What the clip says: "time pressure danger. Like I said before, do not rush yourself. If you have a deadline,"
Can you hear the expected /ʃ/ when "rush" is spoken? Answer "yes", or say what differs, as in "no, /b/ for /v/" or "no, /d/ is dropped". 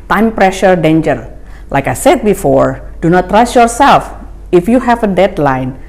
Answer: no, /s/ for /ʃ/